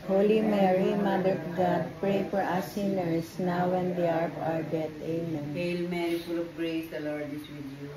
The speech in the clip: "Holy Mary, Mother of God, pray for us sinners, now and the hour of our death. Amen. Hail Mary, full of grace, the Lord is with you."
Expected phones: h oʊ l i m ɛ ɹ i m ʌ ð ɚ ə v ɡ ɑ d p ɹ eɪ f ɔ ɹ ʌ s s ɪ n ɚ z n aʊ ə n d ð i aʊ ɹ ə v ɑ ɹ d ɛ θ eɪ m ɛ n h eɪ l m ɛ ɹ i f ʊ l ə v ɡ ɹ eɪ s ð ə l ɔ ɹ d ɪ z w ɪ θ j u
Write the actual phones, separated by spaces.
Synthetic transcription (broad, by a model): h oʊ l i m ɛ ɹ i m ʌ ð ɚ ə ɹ ɡ ɑ d p ɹ eɪ f ɔ ɹ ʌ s s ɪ n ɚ s n aʊ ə n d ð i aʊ ɹ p ɑ ɹ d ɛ t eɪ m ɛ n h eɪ l m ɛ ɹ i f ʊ l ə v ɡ ɹ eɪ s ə l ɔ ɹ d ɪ s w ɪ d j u